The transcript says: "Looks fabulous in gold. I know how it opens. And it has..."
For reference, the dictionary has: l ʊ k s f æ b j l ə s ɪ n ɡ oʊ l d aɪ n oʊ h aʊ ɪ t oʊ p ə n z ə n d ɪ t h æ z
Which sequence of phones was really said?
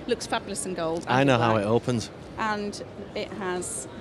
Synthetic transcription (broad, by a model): l ʊ k s f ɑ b j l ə s ɪ n ɡ oʊ l d aɪ n oʊ h aʊ ɪ t oʊ p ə n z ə n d ɪ t h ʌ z